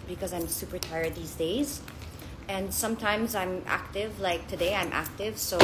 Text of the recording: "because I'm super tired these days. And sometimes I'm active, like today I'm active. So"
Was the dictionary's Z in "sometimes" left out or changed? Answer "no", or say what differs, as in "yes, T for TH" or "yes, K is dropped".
no